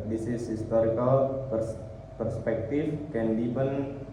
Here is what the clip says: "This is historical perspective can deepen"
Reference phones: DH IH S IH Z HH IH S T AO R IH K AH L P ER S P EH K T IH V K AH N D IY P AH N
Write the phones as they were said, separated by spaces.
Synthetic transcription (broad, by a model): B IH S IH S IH S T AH R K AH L P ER S P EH K T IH F K AH N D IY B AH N